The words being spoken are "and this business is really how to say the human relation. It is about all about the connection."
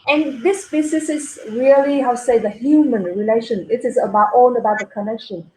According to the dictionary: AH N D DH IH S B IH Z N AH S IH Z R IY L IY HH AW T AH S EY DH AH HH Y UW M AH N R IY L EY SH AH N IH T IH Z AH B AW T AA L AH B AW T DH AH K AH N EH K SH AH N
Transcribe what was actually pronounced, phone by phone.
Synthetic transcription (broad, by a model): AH N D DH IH S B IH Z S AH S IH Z R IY IY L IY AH S EY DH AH HH Y UW M AH N R IY L EY SH AH N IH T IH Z AH B AW T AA N AH B AW T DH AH K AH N EH K SH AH N